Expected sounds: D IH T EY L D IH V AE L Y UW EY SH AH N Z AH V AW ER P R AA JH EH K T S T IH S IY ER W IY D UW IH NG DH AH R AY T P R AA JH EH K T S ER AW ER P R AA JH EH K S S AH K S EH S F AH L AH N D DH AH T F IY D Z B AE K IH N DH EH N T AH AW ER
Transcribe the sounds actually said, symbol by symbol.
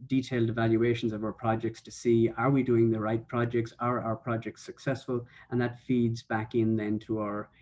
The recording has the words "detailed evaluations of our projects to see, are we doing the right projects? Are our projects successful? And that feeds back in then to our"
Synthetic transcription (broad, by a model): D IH T EY L D IH V AE L Y UW EY SH AH N Z AH V AW ER P R AA JH EH K T S T IH S IY ER W IY D UW IH NG DH AH R AY T P R AA JH EH K T S ER AW ER P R AA JH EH K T S AH K S EH S F AH L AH N DH AH T F IY D Z B AE K IH N DH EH N T AH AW ER